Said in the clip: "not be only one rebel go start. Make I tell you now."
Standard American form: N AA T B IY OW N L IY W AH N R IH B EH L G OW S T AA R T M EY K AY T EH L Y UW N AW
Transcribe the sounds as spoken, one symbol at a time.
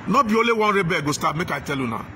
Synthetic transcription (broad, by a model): N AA B IY OW L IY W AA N R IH B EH G OW S T AA M EY K AY T EH L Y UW N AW